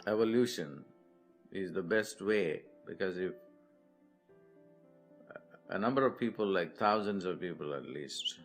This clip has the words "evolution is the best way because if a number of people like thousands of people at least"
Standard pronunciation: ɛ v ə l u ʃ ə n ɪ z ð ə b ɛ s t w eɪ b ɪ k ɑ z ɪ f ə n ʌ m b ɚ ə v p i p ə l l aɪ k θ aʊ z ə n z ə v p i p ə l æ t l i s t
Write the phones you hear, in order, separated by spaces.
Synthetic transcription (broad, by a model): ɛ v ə l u ʃ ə n ɪ z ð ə b ɛ s t w eɪ b ɪ k ɑ z ɪ f ə n ʌ m b ɚ ə v p i p ə l l aɪ k t aʊ z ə n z ə v p i p ə l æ t l i s t